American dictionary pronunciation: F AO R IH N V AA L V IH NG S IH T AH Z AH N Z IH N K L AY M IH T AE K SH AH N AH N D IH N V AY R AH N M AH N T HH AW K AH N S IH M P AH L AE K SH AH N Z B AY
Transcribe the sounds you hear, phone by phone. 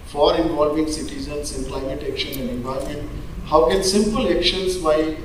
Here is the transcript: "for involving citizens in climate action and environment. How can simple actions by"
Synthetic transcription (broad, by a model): F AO R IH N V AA L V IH NG S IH T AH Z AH N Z IH N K L AY M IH T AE K SH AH N AH N D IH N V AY AH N M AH N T HH AW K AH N S IH M P AH L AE K SH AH N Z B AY